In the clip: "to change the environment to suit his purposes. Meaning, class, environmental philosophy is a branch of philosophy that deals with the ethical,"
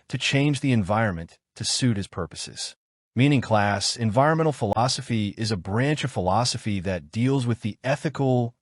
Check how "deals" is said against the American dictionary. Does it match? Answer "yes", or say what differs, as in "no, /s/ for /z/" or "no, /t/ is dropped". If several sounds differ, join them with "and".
yes